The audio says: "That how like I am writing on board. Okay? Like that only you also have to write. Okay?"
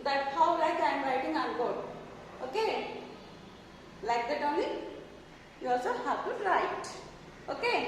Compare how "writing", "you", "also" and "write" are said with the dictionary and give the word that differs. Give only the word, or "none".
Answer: none